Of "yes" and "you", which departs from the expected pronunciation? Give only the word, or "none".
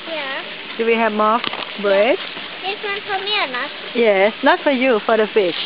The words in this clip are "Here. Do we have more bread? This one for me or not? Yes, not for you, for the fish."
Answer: none